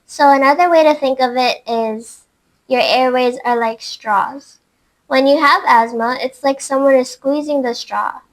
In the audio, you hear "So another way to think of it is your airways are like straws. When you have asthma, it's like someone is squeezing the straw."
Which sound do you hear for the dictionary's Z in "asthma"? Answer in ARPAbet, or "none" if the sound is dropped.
Z